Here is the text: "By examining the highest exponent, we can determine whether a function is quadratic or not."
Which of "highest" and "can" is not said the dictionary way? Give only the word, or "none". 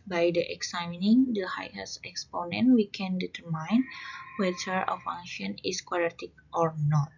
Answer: highest